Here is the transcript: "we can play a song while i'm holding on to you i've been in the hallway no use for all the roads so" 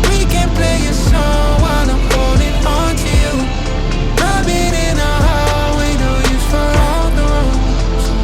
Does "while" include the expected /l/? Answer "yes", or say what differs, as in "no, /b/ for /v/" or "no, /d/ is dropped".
no, /n/ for /l/